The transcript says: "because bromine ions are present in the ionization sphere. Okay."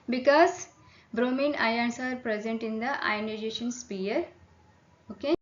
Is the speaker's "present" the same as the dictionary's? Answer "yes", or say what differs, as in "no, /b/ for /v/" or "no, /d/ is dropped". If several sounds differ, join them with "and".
yes